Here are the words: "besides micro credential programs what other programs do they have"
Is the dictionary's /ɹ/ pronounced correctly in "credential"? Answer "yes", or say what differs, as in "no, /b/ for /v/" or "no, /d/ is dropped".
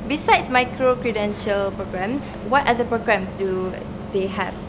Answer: yes